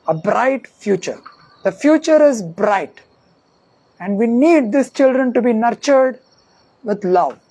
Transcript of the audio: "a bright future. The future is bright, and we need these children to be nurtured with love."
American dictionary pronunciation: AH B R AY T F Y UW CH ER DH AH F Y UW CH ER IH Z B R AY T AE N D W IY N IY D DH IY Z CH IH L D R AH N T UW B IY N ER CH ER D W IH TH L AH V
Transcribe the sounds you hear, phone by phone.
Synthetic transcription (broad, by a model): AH B R AY T F Y UW CH ER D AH F Y UW CH ER IH Z B R AY T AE N D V IY N IY D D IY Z CH IH L D R AH N T UW B IY N ER CH ER D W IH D L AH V